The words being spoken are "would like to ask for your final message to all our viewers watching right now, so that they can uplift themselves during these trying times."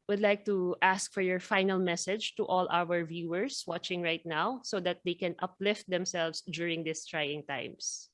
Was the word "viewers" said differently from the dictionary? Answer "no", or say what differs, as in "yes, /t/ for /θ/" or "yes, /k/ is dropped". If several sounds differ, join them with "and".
yes, /s/ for /z/